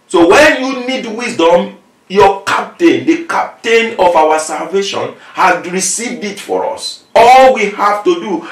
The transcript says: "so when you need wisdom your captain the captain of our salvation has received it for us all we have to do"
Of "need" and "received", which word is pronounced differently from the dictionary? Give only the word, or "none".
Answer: none